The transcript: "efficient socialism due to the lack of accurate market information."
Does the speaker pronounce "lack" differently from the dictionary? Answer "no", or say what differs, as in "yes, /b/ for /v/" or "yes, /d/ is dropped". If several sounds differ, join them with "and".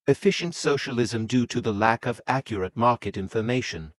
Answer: no